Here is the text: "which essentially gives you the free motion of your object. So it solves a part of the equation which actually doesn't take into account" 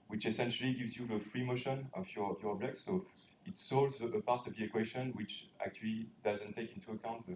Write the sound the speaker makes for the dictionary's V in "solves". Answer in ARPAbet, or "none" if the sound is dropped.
none